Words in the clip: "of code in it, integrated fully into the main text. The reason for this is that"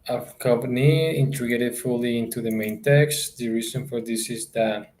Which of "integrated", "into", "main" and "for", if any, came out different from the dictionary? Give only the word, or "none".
integrated